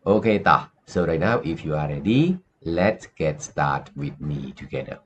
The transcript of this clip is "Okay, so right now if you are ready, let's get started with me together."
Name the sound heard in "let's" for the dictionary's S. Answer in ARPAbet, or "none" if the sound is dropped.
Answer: S